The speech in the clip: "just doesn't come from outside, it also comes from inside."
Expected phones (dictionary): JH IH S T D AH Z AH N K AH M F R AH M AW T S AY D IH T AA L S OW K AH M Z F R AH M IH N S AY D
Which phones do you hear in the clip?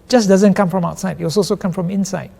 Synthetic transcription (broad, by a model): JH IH S D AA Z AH N K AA M F R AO M AW T S AY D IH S AA L S OW K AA M F R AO M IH N S AY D